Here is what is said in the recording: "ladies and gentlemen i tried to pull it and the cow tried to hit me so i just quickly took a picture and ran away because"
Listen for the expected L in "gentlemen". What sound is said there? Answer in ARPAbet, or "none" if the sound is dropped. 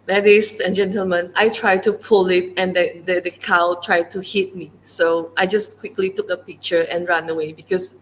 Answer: L